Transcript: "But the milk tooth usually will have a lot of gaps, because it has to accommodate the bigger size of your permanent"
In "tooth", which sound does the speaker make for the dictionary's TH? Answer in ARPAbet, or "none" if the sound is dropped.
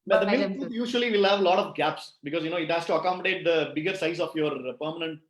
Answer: T